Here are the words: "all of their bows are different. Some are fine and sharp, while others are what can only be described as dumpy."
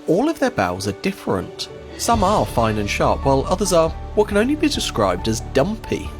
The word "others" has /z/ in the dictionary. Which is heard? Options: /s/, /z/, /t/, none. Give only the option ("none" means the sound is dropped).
/z/